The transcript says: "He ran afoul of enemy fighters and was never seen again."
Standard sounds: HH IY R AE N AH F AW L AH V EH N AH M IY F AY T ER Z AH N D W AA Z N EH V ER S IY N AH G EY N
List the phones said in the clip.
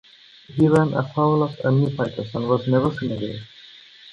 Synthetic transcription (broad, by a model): HH IY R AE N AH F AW L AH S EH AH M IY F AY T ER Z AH N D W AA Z N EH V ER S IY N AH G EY